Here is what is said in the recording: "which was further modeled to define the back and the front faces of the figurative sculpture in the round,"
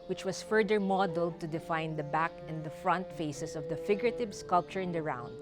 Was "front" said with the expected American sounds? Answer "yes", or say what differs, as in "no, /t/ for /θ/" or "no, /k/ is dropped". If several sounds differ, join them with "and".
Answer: yes